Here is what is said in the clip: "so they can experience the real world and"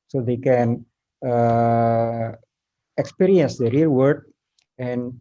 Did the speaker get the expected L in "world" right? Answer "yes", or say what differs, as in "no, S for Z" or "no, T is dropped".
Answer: no, L is dropped